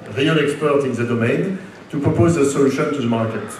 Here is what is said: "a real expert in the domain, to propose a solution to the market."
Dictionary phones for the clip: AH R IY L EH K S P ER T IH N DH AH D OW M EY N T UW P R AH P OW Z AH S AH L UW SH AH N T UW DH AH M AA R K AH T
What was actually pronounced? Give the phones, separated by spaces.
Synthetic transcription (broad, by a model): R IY N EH K S P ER T IH N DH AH D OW M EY N T UW P R AH P OW Z AH S AH L UW SH AH N T UW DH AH M AA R K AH T